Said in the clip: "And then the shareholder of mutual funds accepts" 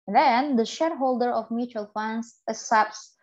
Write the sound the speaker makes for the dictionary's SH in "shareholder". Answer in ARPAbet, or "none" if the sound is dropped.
SH